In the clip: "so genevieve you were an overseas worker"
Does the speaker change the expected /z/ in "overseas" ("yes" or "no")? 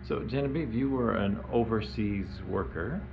no